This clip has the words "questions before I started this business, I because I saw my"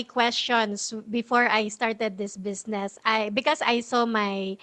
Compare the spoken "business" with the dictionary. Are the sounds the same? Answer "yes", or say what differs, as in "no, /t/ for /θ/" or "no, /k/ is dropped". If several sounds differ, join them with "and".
no, /s/ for /z/